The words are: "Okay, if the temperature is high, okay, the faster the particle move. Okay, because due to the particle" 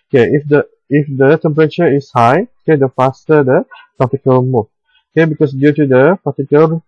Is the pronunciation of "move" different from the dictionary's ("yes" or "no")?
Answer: yes